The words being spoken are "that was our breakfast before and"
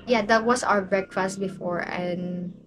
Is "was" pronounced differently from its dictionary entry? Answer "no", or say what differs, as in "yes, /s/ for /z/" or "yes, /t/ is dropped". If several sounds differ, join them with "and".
yes, /s/ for /z/